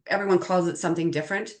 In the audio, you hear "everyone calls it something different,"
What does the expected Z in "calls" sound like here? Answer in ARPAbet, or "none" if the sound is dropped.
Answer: Z